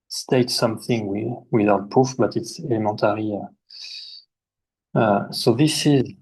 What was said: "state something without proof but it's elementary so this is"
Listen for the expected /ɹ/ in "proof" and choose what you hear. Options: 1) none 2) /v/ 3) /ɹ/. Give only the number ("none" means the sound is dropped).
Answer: 1